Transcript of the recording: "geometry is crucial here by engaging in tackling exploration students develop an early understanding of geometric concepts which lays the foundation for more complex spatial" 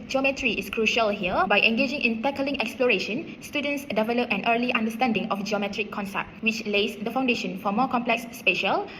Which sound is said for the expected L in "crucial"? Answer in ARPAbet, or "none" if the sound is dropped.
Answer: L